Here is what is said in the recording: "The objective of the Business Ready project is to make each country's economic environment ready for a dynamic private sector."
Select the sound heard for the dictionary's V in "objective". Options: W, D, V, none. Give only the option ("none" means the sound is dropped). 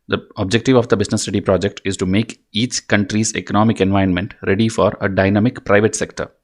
V